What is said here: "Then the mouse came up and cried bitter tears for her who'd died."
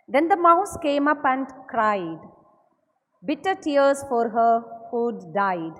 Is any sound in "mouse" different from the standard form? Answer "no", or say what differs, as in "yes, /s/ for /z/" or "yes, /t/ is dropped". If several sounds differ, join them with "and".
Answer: no